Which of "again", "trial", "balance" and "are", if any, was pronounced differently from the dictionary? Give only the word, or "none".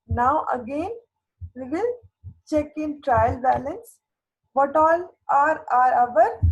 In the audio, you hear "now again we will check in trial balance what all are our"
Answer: none